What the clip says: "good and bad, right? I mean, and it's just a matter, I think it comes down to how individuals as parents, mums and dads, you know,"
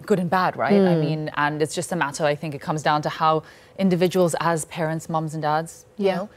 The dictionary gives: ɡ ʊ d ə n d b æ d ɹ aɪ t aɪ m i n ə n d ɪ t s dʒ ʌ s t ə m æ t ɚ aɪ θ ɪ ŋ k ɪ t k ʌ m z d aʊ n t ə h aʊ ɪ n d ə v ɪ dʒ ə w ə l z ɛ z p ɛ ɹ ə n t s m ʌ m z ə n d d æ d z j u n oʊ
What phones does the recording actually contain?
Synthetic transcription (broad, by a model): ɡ ʊ d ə n b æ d ɹ aɪ t aɪ m i n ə n ɪ t s dʒ ʌ s t ə m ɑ t ɚ aɪ θ ɪ ŋ k ɪ t k ʌ m z d aʊ n t ə h aʊ ɪ n d ə v ɪ dʒ ə w ə l z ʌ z p ɛ ɹ ə n t s m ʌ m z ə n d d æ d z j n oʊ